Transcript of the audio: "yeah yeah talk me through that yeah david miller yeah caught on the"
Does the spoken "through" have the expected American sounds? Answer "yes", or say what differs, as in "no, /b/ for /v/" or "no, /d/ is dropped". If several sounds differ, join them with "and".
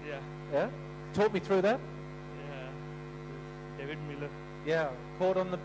yes